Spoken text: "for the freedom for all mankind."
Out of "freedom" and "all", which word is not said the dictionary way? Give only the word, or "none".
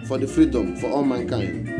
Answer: none